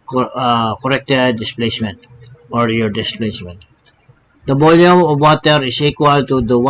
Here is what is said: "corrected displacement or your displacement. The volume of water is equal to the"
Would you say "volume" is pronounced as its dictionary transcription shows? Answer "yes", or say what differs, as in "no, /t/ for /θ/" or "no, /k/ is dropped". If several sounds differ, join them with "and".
no, /b/ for /v/